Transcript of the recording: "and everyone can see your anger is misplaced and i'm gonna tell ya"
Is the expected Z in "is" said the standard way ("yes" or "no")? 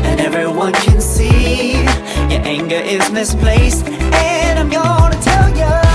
yes